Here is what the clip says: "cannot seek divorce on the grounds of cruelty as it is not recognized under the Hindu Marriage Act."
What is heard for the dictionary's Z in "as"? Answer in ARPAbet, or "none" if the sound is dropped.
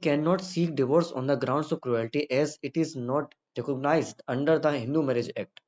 Z